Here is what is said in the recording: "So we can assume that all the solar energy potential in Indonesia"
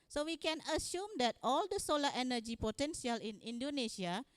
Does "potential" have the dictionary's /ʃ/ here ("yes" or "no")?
no